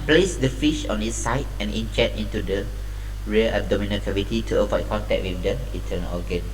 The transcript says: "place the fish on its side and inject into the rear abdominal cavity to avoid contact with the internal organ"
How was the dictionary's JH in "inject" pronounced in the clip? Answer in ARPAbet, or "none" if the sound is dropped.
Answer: CH